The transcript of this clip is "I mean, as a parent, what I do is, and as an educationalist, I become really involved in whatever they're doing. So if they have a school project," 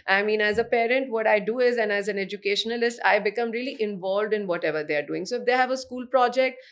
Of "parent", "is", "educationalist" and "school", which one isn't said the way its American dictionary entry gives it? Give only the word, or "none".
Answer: none